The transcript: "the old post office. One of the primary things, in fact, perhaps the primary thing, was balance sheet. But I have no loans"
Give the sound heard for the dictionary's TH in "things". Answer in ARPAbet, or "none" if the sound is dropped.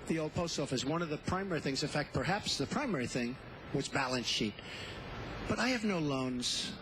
TH